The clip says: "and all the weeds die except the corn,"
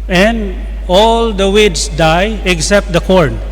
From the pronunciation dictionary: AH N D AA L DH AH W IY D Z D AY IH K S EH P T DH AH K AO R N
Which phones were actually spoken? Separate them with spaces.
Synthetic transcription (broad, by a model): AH N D AA L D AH W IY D S D AY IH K S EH P T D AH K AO R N